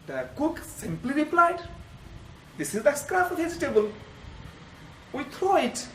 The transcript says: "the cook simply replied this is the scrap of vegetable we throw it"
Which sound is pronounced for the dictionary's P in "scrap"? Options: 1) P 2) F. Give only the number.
2